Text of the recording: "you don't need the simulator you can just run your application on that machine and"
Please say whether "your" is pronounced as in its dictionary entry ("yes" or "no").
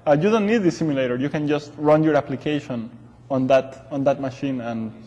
yes